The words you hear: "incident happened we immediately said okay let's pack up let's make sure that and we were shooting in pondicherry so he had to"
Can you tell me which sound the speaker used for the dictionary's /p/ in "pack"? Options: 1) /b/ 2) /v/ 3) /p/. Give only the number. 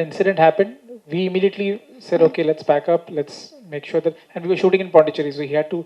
1